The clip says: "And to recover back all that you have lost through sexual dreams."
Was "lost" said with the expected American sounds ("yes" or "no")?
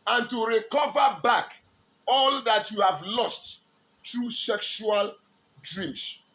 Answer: yes